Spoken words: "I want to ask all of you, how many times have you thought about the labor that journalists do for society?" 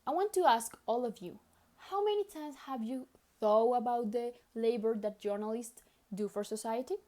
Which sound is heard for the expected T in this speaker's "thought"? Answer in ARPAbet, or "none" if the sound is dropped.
none